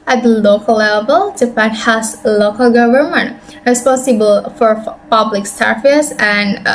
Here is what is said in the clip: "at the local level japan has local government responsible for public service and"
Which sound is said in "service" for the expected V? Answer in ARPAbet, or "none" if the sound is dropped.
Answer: F